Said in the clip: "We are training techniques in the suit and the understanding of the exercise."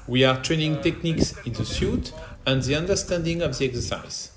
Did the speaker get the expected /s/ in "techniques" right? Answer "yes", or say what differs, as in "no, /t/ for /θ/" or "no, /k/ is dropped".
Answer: yes